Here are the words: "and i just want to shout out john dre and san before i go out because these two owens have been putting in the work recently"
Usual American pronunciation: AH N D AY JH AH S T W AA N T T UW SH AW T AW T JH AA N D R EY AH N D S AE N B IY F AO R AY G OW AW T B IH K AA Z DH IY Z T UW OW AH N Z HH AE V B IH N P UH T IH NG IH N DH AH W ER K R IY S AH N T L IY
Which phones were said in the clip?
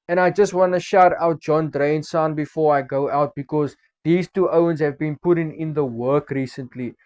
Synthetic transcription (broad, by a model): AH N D AY JH AH S T W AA N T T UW SH AW T AW T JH AA N D R EY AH N S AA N B IY F AO R AY G OW AW T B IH K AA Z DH IY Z T UW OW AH N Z HH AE V B IH N P UH T IH NG IH N DH AH W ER K R IY S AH N T L IY